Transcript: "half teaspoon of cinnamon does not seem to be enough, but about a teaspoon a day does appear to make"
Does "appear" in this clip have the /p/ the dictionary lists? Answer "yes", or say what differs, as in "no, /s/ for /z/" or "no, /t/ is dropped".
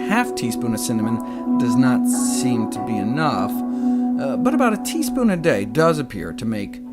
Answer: yes